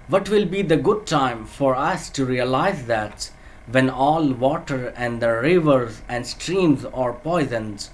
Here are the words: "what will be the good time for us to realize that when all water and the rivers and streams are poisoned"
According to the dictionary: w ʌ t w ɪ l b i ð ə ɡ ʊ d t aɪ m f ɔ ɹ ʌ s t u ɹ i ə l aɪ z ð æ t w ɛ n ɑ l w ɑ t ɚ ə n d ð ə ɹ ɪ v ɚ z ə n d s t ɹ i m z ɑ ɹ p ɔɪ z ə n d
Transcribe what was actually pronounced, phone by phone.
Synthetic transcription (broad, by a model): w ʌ t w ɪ l b i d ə ɡ ʊ d t aɪ m f ɔ ɹ ʌ s t u ɹ i ə l aɪ z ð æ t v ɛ n ɑ l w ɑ t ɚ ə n d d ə ɹ ɪ v ɚ z ə n d s t ɹ i m z ɑ ɹ p ɔɪ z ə n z